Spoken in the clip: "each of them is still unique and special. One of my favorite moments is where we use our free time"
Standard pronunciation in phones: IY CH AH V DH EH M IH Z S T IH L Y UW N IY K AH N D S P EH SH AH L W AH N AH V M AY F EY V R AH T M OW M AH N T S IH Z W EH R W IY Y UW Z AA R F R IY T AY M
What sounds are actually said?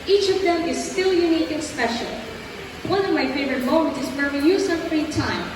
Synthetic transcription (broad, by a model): IY CH AH V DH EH M IH Z S T IH L Y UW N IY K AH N S P EH SH AH L W AH N AH V M AY F EY V R AH T M OW M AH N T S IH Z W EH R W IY Y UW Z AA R F R IY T AY M